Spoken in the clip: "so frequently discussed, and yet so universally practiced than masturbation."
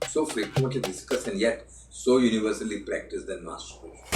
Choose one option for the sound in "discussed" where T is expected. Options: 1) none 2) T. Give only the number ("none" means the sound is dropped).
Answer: 1